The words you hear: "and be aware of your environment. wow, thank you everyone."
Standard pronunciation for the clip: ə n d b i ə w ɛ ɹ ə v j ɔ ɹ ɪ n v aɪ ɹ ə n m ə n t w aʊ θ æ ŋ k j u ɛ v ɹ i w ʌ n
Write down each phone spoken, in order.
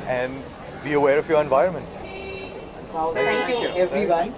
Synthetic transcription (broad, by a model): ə n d b i ə w ɛ ɹ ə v j ɔ ɹ ɪ n v aɪ ɹ ə n m ə n t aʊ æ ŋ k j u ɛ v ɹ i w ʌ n